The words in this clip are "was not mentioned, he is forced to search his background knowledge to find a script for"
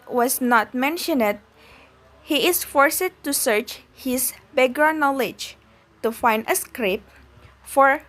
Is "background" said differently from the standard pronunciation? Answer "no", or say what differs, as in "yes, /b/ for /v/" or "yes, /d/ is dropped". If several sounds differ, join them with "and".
yes, /k/ is dropped and /ɹ/ is dropped